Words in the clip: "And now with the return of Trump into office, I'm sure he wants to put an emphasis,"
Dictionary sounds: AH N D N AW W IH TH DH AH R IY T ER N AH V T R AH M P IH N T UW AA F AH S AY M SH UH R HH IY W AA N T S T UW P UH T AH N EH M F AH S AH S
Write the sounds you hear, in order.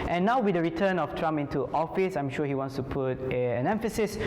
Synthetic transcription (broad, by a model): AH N N AW W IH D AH R IY T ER N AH F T R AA M IH N T UW AA F AH S AY M SH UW HH IY W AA N S T UW P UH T AH N EH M F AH S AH S